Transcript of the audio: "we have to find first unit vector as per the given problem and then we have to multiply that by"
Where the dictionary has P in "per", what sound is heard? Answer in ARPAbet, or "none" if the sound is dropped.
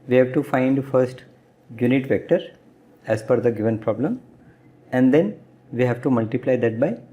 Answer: F